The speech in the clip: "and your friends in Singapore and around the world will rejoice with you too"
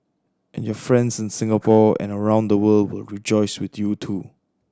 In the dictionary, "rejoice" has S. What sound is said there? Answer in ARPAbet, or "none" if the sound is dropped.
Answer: S